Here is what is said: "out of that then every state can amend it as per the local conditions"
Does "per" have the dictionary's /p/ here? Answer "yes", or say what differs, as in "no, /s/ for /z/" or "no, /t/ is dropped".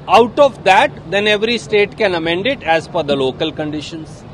no, /f/ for /p/